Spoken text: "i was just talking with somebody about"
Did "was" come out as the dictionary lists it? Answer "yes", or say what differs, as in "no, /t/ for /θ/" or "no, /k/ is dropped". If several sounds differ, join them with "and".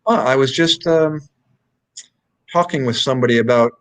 yes